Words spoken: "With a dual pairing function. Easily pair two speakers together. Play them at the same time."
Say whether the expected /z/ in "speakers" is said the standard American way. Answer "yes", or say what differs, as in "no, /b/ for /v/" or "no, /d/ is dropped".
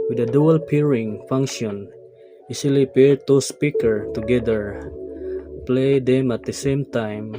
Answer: no, /z/ is dropped